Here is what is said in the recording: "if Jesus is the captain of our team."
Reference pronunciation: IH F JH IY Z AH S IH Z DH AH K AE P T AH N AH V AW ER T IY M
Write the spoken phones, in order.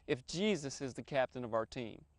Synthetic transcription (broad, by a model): IH F JH IY Z AH S IH Z DH AH K AE P T AH N AH V AW ER T IY M